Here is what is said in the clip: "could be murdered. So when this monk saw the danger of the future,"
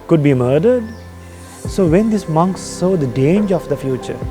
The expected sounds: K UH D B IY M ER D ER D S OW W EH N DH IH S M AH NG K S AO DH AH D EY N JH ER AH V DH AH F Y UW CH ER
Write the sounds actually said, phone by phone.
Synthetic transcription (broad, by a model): K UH D B IY M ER D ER D S OW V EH N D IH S M AH NG K S AO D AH D EY N JH ER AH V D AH F Y UW CH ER